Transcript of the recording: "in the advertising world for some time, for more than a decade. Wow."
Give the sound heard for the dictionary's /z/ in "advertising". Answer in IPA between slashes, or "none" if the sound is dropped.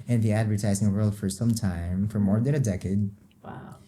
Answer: /z/